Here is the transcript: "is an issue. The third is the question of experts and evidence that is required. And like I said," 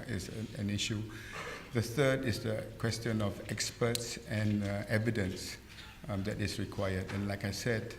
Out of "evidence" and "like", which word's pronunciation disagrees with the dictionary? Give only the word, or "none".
none